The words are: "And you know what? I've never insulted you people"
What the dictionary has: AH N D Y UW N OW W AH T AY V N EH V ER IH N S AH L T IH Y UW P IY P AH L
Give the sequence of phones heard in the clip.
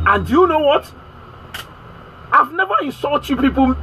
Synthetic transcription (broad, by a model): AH N D Y UW N OW W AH T AY V N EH V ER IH N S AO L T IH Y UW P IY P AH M